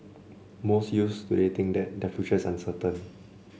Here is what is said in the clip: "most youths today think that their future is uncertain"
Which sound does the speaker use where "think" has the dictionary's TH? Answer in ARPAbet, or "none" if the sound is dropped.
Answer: T